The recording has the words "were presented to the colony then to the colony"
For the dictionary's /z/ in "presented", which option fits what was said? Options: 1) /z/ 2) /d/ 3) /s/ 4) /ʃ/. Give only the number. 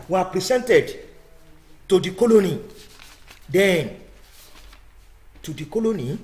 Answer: 3